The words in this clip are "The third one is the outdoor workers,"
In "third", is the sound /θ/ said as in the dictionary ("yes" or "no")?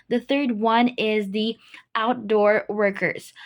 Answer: yes